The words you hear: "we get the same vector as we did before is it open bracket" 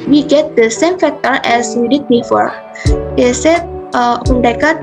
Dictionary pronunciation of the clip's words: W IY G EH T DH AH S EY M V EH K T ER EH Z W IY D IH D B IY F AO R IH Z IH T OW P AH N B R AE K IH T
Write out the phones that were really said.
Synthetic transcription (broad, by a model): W IY G EH T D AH S EY M F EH K T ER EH S W IY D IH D B IY F AO R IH S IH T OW AH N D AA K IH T